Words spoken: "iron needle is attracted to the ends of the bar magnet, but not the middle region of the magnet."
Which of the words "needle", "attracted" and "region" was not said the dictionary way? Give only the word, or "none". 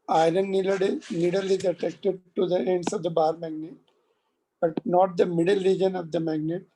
attracted